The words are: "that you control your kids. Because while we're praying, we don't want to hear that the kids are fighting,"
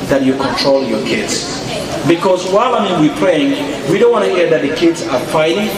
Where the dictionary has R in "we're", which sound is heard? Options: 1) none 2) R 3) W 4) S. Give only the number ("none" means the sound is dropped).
3